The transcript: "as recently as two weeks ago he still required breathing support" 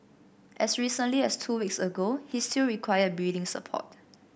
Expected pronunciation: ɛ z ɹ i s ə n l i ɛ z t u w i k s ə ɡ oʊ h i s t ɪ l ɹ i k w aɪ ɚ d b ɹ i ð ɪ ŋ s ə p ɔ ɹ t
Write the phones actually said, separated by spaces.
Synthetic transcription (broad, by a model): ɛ s ɹ i s ə n l i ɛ s t u w i k s ə ɡ oʊ h i s t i l ɹ i k w aɪ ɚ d b i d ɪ ŋ s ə p ɔ t